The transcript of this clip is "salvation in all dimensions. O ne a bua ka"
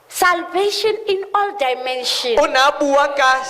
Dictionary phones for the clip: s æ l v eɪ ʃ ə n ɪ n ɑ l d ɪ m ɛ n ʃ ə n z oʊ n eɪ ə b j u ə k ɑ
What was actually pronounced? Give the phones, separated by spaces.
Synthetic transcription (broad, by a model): s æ l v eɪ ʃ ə n ɪ n ɑ l d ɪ m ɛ n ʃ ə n ʊ n ə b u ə k ɑ